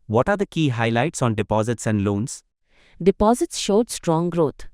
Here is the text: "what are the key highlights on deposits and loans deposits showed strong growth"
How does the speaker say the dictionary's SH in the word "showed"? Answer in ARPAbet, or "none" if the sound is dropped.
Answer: SH